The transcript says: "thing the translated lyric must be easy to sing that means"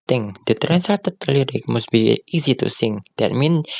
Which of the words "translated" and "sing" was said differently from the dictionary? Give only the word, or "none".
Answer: translated